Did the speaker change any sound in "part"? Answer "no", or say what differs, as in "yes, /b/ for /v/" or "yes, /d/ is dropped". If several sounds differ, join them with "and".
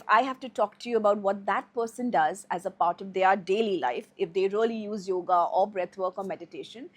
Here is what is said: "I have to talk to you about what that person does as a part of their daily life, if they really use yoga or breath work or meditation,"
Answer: no